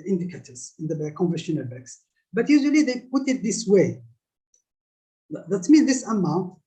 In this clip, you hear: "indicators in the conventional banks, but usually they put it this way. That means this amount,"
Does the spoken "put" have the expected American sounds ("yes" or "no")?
yes